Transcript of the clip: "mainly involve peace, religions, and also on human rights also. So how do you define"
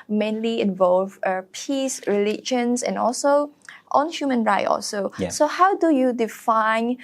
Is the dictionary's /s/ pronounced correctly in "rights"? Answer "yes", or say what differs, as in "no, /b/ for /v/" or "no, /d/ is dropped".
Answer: no, /s/ is dropped